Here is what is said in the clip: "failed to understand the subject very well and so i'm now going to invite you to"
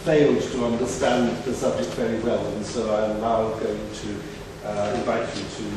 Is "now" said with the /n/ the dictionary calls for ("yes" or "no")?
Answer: no